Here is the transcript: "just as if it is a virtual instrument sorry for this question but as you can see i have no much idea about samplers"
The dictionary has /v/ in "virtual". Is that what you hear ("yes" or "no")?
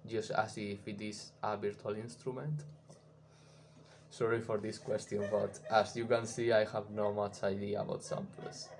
no